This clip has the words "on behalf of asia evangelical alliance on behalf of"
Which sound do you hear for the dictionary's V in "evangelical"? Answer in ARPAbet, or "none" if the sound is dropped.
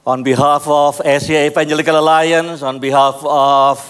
P